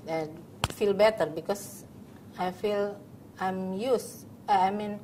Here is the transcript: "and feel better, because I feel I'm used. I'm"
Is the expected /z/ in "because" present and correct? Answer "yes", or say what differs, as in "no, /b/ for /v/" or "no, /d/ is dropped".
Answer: no, /s/ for /z/